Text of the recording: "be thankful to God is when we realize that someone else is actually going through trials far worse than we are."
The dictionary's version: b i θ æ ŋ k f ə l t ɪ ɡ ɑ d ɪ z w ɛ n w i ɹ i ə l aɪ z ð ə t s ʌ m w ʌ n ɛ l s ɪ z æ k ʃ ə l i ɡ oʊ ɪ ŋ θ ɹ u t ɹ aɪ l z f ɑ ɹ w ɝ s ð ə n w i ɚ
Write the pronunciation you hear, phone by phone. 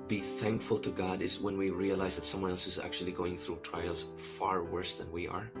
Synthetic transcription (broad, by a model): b i θ æ ŋ k f ə l t ɪ ɡ ɑ d ɪ z w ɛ n w i ɹ i ə l aɪ z ð ə t s ʌ m w ʌ n ɛ l s ɪ z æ k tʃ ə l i ɡ oʊ ɪ ŋ θ ɹ u t ɹ aɪ l z f ɑ ɹ w ɝ s ð ə n w i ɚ